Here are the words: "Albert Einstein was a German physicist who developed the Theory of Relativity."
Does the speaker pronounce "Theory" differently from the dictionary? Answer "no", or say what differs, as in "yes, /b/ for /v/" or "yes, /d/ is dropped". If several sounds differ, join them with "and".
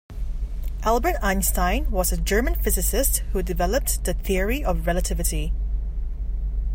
no